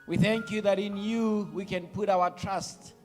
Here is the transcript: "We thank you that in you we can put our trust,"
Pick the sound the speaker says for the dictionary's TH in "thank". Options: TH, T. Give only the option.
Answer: TH